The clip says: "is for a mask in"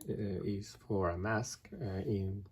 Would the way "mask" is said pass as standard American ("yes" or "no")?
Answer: yes